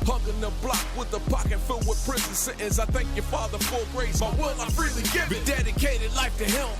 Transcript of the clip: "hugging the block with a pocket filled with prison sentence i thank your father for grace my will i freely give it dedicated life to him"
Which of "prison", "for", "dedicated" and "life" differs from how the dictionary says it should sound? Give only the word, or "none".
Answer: for